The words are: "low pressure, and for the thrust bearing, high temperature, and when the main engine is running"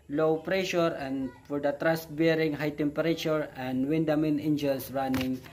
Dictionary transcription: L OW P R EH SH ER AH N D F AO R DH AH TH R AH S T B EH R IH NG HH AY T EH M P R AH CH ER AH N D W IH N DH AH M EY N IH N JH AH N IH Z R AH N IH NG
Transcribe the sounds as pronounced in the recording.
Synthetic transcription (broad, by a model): L OW P R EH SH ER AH N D F AO R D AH T R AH S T B EH R IH NG HH AY T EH M P R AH CH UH AH N D W IH N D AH M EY N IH N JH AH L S R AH N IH NG